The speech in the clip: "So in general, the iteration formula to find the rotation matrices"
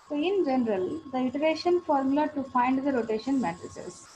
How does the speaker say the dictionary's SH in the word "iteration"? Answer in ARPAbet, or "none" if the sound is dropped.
SH